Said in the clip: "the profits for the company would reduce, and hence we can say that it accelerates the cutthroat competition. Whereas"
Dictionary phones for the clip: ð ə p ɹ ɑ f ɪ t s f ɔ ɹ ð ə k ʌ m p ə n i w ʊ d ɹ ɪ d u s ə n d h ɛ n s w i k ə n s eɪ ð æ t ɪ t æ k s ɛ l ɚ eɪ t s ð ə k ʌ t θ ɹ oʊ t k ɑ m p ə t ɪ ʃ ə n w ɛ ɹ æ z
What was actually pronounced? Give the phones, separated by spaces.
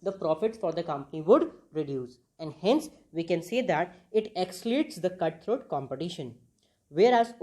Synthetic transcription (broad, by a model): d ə p ɹ ɑ f ɪ t s f ɔ ɹ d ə k ʌ m p ə n i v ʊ d ɹ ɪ d u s ə n d h ɛ n s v i k ə n s eɪ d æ t ɪ t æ k s l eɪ t s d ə k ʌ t t ɹ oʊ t k ɑ m p ə t ɪ ʃ ə n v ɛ ɹ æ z